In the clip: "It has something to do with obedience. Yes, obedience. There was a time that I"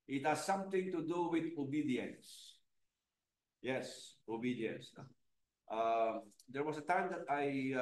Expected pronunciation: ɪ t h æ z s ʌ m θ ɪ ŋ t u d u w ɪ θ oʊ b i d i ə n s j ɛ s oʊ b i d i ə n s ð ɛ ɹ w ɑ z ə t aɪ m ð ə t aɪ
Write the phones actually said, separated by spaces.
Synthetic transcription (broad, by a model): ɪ t h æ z s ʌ m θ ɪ ŋ t u d u w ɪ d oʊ b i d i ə n s j ɛ s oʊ b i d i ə n s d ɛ ɹ w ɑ s ə t aɪ m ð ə t aɪ